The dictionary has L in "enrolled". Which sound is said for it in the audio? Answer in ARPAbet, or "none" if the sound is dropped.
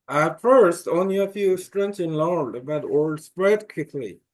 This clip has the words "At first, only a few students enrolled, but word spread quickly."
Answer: none